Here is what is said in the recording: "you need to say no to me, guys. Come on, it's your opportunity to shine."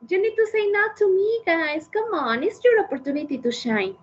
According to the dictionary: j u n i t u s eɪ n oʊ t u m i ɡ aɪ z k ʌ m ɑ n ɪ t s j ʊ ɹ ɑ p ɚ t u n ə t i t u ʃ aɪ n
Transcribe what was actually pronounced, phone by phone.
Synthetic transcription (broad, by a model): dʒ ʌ n i t u s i n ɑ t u m i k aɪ s k ʌ m ɑ n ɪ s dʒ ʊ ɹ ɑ p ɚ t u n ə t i t u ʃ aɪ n